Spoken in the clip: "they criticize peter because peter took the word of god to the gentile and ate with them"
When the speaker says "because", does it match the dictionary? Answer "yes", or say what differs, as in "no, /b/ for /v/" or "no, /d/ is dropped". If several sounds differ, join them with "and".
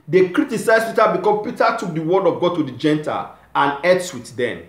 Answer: no, /z/ is dropped